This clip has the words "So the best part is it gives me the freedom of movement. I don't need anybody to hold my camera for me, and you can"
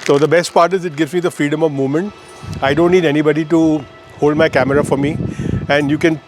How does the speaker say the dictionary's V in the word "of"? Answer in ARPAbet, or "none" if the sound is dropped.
V